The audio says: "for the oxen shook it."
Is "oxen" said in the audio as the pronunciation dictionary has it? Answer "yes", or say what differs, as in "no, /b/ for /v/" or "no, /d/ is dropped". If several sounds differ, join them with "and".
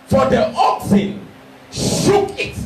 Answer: yes